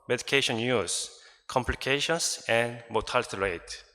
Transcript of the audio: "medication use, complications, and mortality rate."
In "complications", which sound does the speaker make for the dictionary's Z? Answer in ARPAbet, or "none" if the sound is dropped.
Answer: S